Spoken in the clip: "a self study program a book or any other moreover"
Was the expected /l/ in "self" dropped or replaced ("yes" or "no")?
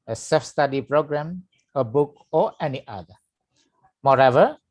yes